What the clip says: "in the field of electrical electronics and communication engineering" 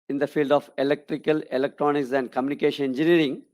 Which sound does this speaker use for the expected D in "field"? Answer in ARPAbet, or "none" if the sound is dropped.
D